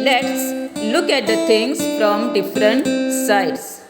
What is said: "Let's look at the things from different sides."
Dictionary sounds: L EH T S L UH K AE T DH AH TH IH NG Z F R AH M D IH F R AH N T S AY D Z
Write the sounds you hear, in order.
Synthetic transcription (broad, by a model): L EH T S L UH K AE T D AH T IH NG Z F R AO M D IH F R AH N T S AY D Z